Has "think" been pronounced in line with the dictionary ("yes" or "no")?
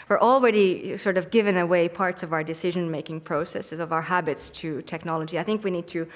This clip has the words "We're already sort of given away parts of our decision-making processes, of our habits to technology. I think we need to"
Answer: yes